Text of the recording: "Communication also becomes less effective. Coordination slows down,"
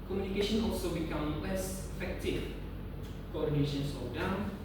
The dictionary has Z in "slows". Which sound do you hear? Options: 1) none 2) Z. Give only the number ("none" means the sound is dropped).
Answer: 1